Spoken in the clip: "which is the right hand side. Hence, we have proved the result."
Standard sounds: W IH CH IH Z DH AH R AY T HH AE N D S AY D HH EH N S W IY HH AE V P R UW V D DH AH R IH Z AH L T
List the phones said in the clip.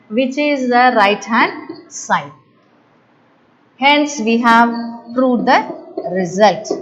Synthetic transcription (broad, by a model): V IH CH IH Z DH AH R AY T HH AE N D S AY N HH EH N S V IY HH AE V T R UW D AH R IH Z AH L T